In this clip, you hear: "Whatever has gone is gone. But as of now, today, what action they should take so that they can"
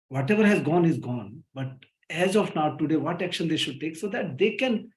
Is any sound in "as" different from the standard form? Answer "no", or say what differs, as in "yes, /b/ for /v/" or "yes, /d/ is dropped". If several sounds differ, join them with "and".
no